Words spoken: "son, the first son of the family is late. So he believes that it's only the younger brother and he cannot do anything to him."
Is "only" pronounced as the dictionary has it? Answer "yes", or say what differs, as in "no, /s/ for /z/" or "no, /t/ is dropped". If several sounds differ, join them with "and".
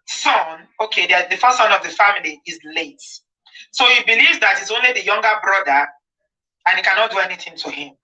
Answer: yes